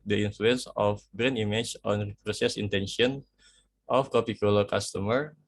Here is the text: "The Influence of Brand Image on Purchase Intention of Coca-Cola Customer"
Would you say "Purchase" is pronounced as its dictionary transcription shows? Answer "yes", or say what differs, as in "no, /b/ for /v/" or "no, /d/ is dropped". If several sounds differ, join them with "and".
no, /s/ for /tʃ/